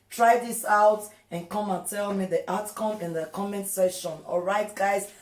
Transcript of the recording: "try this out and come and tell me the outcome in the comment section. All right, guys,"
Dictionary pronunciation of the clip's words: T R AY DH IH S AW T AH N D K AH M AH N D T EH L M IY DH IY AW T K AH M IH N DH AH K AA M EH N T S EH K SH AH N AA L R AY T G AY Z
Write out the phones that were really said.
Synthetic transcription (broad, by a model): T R AY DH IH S AW T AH N K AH M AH N T EH L M IY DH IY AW T K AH M IH N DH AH K AA M EH N T S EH SH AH N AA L R AY T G AY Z